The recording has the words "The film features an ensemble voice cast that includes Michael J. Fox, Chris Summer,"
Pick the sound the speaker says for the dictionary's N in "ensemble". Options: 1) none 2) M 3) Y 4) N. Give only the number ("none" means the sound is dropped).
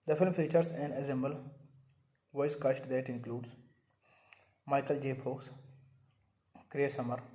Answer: 1